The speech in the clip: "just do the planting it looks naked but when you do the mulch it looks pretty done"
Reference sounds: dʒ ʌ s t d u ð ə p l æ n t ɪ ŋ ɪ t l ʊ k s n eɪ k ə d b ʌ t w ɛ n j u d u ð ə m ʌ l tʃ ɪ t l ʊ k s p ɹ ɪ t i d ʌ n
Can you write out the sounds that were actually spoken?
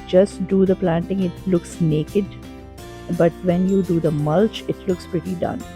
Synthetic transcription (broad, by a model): dʒ ʌ s t d u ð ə p l æ n t ɪ ŋ ɪ t l ʊ k s n eɪ k ə d b ʌ t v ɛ n j u d u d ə m ʌ l tʃ ɪ t l ʊ k s p ɹ ɪ t i d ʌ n